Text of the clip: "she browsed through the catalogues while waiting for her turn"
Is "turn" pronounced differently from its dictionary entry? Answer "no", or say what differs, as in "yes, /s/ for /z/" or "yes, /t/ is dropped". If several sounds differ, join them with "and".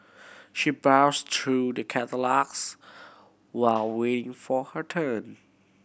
no